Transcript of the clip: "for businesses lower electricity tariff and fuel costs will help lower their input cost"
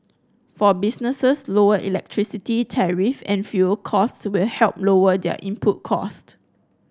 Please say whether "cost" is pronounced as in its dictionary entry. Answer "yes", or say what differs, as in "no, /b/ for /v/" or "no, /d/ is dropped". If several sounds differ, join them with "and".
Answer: yes